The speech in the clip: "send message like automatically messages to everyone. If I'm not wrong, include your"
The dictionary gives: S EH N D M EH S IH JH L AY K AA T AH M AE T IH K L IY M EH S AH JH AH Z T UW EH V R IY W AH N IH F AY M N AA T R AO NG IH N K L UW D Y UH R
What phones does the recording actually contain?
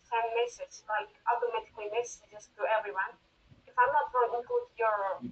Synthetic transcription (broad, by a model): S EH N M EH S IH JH L AY K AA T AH M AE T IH K L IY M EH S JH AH S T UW EH V R IY W AH N IH F AY M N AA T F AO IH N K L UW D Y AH R